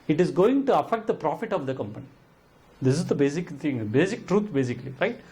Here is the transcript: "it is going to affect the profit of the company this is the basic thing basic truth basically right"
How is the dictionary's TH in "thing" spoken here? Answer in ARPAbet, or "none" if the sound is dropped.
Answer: T